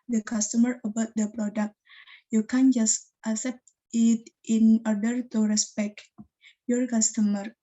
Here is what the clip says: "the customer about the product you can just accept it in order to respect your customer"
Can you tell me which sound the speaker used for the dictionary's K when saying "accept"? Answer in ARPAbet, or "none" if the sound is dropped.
none